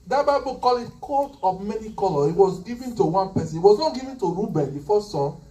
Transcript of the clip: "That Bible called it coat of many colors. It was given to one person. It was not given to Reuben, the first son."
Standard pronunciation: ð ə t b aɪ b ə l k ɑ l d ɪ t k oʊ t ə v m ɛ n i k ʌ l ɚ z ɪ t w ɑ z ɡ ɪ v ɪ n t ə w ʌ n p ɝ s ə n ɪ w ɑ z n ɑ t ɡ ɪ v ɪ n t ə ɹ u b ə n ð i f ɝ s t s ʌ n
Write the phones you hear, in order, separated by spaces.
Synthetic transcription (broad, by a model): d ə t b aɪ b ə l k ɑ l ɪ t k oʊ t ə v m ɛ n i k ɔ l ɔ ɪ t w ɑ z ɡ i v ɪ n t ə w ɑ n p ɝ s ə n ɪ w ɑ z n ɑ t ɡ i v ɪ n t ə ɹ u b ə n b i f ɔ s s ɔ